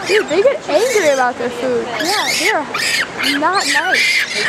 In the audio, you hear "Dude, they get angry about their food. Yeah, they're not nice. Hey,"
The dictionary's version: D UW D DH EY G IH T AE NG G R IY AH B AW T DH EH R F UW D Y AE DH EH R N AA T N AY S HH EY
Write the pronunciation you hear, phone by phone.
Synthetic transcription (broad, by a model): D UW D DH EY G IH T AE NG G R IY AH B AW T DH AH R F UW D Y AE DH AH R N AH T N AY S